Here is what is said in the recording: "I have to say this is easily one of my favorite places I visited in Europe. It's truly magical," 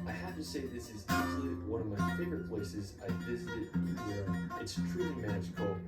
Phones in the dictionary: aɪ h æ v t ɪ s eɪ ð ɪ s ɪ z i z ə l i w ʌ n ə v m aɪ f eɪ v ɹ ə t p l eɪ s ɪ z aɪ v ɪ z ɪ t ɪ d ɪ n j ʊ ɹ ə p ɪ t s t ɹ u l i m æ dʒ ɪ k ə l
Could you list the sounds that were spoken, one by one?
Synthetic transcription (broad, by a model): aɪ h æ f t ɪ s eɪ ð ɪ s ɪ z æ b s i w ʌ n ə v m aɪ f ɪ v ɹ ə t p l eɪ s ɪ z aɪ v ɪ z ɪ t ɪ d ɪ n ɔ ə ɪ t s t ɹ u l i m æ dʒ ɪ k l